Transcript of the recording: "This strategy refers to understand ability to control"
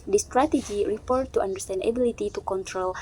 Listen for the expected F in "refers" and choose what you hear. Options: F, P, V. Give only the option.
P